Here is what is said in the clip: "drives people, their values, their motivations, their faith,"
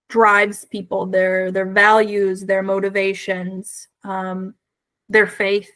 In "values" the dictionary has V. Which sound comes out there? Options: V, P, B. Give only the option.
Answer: V